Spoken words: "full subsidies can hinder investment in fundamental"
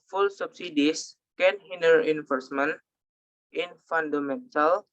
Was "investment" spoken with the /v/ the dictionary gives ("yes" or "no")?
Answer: no